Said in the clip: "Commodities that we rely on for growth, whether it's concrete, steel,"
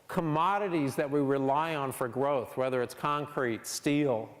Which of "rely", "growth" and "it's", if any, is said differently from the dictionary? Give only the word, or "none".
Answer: none